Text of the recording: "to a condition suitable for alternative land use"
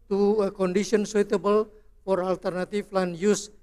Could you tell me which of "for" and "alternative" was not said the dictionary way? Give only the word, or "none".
alternative